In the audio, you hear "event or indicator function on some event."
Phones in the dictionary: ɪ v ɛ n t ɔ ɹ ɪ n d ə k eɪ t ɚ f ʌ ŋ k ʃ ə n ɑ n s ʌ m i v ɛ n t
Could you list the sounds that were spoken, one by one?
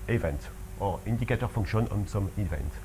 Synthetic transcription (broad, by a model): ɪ v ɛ n t ɔ ɹ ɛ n d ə k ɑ t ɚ f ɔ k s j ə n ɑ n s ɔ m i v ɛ n t